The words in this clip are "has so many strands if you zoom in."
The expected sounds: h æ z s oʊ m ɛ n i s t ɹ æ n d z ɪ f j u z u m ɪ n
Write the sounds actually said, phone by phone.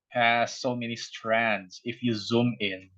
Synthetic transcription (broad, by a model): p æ s oʊ m ɛ n i s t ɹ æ n d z ɪ f j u z u m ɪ n